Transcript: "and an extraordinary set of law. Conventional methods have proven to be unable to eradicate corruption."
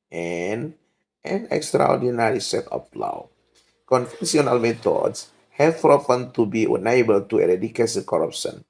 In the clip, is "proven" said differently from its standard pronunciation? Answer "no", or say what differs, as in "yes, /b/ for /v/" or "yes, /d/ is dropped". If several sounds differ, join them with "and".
yes, /f/ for /v/